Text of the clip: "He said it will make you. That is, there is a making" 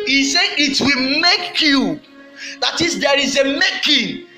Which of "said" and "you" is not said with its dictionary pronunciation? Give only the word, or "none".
said